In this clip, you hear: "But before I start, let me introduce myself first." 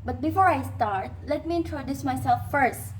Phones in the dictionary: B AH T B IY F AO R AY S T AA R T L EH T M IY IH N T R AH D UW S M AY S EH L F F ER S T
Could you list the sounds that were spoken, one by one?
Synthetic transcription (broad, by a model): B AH T B IY F AO R AY S T AA R T L EH T M IY IH N T R AH D UW S M AY S EH L F F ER S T